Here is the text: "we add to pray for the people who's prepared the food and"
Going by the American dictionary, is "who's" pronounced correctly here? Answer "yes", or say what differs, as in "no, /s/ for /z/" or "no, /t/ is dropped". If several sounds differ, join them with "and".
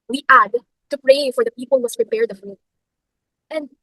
no, /s/ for /z/